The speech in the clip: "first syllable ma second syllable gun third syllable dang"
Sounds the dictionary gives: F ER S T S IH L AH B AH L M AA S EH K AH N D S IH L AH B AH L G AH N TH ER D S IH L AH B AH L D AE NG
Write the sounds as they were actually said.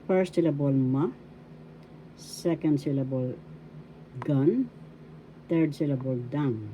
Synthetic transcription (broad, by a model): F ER S T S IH L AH B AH L M AA S EH K AH N D S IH L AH B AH L G AH N T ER D S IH L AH B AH L D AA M